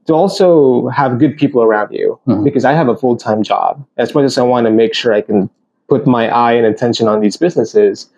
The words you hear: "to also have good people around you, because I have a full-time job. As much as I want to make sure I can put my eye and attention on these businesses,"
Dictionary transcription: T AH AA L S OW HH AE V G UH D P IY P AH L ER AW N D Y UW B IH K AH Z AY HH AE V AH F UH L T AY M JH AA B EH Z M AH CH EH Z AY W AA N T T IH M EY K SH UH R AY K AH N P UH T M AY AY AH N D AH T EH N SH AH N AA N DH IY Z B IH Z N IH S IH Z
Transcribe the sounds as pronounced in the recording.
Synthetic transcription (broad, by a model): T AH AA L S OW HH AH V G UH D P IY P L ER AW N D Y UW B IH K AH Z AY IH V AH F UH L T AY M JH AA B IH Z M AH CH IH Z AY W AA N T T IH M EY K SH UH R AY K AH N P UH T M AY AY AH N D AH T EH N SH AH N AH N DH IY Z B IH Z N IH S IH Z